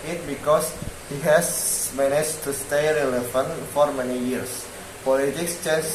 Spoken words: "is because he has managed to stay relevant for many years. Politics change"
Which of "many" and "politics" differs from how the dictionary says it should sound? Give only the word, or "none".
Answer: none